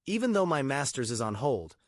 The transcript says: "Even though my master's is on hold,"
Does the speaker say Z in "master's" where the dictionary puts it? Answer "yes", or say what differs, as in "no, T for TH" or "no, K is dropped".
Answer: yes